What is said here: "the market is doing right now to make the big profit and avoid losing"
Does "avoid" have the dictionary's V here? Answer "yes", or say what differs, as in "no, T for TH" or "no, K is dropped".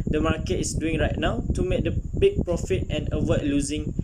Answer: no, W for V